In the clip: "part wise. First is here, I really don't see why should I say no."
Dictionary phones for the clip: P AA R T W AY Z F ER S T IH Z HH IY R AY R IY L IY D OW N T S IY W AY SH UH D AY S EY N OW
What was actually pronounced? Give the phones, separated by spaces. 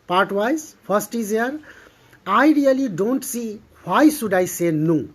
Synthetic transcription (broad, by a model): P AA R T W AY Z P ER S T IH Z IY R AY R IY L IY D OW N T S IY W AY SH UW D AY S EY N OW